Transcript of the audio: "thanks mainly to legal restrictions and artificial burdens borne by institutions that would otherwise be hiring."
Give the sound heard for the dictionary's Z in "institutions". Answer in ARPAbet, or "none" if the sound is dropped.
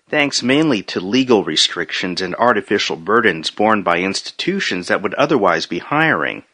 Z